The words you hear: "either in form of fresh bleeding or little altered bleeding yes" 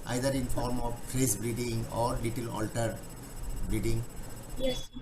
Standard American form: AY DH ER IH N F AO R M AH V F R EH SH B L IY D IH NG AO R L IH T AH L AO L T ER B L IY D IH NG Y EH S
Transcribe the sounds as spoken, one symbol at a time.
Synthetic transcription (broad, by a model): AY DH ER IH N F AO R M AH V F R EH S B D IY D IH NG AO R L IH T AH L AO L T ER B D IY D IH NG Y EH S